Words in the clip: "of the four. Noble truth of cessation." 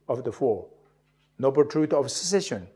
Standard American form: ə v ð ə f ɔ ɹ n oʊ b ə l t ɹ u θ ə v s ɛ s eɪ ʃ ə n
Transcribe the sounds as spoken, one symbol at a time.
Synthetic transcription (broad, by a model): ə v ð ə f ɔ ɹ n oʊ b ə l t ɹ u t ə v s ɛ s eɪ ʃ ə n